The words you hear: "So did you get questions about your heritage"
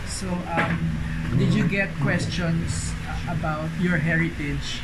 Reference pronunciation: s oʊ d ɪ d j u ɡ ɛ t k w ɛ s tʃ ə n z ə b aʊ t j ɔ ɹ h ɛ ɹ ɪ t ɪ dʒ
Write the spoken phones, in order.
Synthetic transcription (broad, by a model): s oʊ d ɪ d j u ɡ ɛ t k w ɛ s tʃ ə n s ə b aʊ t j ɔ ɹ h ɛ ɹ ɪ t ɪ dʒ